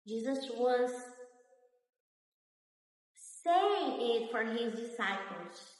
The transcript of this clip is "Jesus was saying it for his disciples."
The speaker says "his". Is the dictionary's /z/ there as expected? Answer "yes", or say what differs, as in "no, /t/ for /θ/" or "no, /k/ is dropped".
yes